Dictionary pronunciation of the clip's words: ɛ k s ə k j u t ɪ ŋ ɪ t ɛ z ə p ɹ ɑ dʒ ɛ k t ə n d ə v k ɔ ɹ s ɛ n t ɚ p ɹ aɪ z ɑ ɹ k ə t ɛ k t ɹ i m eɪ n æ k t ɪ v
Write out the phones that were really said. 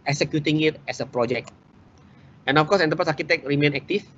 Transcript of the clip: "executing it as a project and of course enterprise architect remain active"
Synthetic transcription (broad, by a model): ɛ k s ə k j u t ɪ ŋ ɪ t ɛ s ə p ɹ ɑ dʒ ɛ k t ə n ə f k ɔ s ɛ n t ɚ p aɪ s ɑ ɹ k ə t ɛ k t ɹ i m eɪ n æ k t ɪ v